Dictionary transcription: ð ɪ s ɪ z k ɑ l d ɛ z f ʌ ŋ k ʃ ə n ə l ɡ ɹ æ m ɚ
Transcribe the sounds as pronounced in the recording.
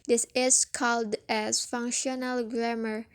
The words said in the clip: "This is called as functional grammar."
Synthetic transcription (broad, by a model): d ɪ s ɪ s k ɑ l d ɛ s f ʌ ŋ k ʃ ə n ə l ɡ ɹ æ m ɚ